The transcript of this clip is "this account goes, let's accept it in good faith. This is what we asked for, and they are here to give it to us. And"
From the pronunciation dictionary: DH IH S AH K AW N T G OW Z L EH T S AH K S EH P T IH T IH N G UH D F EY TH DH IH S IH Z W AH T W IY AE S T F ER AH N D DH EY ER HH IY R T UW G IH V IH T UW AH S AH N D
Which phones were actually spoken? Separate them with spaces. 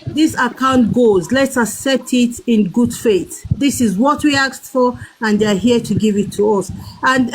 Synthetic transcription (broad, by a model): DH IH S AH K AW N T G OW Z L EH T S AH S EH T IH T IH N G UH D F EY T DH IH S IH Z W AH T W IY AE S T F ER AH N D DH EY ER HH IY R T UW G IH V IH T UW AH S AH N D